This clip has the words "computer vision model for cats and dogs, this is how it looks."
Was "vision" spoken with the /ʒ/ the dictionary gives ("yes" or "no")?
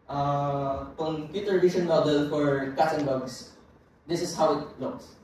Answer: no